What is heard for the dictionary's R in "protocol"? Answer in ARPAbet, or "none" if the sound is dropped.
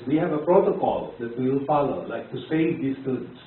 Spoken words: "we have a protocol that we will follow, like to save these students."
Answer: R